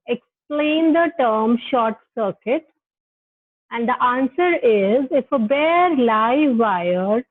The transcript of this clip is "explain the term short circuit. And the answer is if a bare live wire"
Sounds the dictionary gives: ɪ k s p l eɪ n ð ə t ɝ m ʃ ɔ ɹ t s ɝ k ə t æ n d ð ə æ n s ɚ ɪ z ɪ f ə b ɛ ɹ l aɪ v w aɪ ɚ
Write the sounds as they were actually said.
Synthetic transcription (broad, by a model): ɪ k s p l eɪ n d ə t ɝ m ʃ ɔ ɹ t s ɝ k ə t æ n d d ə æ n s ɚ ɪ z ɪ f ə b ɛ ɹ l aɪ v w aɪ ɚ